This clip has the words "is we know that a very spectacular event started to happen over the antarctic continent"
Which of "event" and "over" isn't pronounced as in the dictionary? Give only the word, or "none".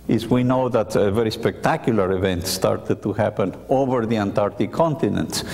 none